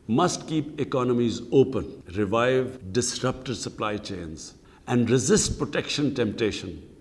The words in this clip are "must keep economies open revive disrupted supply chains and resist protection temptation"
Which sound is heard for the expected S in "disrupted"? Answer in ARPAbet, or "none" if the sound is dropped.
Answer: S